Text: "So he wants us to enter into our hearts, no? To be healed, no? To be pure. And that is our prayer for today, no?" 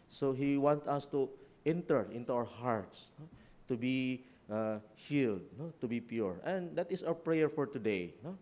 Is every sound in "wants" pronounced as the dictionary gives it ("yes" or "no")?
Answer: no